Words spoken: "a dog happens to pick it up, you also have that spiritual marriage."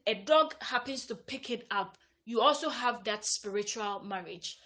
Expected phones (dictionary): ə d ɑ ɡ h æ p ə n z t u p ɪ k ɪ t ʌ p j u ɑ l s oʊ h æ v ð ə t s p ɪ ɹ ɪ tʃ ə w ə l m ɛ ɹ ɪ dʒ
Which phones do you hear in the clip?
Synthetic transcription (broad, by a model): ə d ɑ ɡ h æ p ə n s t u p ɪ k ɪ t ʌ p j u ɑ l s oʊ h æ v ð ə t s p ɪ ɹ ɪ tʃ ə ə l m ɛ ɹ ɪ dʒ